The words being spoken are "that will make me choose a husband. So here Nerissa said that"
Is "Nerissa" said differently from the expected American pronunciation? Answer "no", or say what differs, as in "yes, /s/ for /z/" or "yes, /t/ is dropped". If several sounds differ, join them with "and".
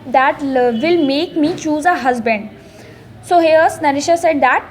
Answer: yes, /ʃ/ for /s/